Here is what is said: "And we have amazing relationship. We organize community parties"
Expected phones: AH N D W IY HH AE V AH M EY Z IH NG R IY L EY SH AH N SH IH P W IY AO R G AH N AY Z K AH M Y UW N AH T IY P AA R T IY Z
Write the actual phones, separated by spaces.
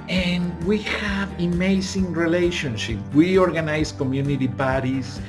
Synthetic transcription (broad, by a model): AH N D W IY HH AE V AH M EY S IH NG R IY L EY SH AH N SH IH P W IY AO R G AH N AY S K AH M Y UW N AH T IY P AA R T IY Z